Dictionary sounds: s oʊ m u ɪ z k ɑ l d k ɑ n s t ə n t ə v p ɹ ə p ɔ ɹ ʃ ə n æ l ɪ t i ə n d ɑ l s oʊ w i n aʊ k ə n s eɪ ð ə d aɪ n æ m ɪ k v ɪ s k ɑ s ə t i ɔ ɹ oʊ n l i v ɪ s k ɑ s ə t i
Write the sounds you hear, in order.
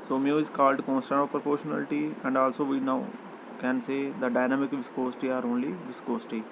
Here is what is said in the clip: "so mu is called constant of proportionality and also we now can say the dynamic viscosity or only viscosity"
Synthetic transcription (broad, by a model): s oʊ m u ɪ z k ɑ l d k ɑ n s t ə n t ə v p ɹ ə p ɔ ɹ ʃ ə n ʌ l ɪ t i ə n d ɑ l s oʊ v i n aʊ k ə n s eɪ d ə d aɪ n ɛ m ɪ k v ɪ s k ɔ s t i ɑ ɹ oʊ n l i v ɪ s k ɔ s t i